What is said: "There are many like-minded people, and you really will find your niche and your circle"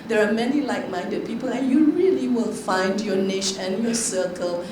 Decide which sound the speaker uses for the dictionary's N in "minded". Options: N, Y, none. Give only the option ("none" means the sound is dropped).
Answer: N